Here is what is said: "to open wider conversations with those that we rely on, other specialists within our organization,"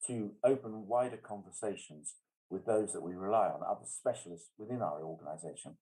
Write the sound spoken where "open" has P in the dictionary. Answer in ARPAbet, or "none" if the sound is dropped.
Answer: P